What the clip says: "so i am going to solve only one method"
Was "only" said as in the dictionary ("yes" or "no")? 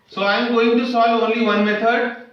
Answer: yes